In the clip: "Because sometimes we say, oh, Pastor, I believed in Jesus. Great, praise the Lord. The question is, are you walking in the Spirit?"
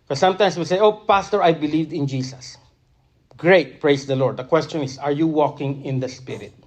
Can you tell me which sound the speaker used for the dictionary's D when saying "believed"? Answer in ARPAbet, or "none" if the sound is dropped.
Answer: D